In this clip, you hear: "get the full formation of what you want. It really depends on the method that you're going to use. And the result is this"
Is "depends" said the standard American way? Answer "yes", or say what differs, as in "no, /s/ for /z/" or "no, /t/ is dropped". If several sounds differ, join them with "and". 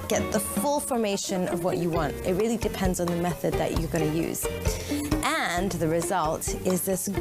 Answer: yes